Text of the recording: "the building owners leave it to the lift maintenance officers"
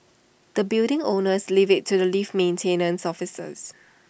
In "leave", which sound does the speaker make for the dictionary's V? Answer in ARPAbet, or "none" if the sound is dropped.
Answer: V